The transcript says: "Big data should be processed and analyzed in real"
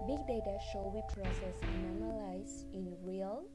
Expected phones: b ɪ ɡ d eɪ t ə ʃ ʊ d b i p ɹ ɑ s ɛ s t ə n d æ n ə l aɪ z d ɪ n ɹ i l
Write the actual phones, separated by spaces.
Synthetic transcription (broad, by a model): b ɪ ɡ d eɪ t ə ʃ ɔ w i p ɹ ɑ s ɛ s ə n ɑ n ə l aɪ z ɪ n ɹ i l